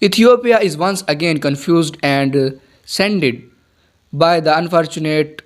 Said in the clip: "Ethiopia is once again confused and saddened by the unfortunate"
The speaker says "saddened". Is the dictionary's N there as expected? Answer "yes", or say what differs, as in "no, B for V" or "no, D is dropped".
no, N is dropped